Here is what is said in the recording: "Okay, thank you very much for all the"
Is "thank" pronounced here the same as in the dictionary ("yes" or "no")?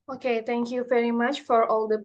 no